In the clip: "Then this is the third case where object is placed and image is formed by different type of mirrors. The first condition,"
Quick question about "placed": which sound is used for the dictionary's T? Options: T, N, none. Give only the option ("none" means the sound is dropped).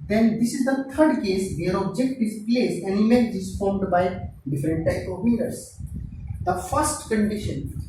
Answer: none